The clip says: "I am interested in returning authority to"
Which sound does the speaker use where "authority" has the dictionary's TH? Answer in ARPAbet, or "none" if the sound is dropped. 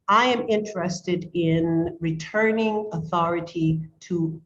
TH